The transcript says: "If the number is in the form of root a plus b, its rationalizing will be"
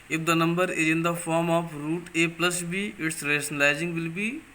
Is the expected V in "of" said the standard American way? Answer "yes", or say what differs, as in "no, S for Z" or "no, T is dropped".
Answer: no, P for V